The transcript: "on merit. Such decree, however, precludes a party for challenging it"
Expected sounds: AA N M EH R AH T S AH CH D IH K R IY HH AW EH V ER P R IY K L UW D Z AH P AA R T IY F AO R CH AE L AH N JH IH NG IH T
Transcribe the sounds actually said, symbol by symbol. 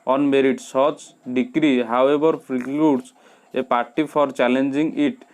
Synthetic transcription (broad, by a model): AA N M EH R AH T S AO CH D IH K R IY HH AW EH B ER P R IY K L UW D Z AH P AA R T IY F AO R CH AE L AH N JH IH NG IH T